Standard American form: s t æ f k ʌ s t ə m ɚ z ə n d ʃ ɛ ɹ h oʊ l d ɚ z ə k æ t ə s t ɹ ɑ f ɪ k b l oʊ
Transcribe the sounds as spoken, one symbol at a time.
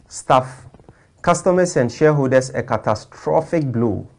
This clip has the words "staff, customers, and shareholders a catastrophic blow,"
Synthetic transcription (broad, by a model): s t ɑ f k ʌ s t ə m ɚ s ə n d ʃ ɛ h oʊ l d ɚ s ə k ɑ t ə s t ɹ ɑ f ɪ k b l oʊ